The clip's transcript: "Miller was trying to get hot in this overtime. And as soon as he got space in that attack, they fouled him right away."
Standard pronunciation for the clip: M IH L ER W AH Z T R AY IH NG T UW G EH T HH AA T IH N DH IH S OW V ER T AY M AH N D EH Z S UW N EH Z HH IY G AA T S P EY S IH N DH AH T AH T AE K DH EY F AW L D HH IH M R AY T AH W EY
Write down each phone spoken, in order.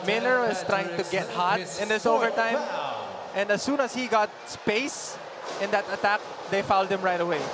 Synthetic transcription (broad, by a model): M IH L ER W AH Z T R AY IH NG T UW G EH T HH AA T IH N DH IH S OW V ER T AY M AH N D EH S UW N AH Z HH IY G AA T S P EY S IH N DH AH T AH T AE K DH EY F AW L D HH IH M R AY T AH W EY